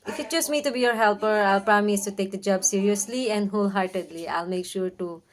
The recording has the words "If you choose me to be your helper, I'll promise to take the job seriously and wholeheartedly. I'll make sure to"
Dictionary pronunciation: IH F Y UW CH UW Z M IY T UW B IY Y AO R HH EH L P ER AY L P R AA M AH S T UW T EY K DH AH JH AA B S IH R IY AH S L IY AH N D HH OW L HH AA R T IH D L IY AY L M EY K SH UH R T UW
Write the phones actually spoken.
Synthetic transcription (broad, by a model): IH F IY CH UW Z M IY T UW B IY Y AO R HH EH L P ER AY L P R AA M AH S T UW T EY K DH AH JH AA B S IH R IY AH S L IY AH N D HH OW L HH AA R T IH D L IY AY L M EY K SH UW R T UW